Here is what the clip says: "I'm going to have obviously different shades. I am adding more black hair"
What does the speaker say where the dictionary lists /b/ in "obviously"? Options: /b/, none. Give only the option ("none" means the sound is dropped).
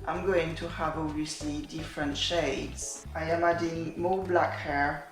none